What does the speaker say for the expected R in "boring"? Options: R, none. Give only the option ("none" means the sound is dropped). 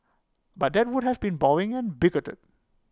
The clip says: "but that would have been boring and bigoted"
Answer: none